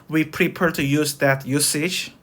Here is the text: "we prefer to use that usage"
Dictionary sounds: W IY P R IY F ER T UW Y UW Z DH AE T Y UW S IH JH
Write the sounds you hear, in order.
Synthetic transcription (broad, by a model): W IY P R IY P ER T UW Y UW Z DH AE T Y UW S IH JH